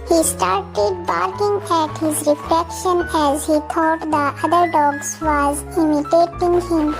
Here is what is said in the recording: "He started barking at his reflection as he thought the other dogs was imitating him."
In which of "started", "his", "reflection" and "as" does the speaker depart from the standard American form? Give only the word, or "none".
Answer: none